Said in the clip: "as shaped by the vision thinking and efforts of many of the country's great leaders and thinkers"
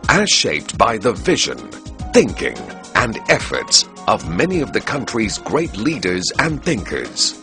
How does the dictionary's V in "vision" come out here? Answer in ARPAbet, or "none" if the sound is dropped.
V